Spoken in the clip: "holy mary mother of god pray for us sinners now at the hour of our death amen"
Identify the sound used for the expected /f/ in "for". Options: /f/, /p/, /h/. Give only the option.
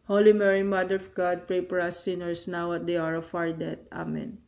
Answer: /p/